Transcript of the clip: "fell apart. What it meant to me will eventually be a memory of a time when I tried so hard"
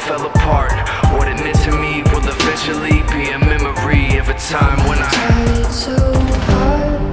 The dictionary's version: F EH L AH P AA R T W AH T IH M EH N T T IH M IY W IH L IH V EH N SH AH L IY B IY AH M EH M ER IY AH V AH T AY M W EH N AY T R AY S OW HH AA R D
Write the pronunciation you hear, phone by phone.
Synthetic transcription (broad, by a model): F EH L AH P AA R T W AH T IH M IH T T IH M IY W IH L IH F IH SH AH L IY B IY AH M EH M ER IY AH V AH T AY M W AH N AY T AY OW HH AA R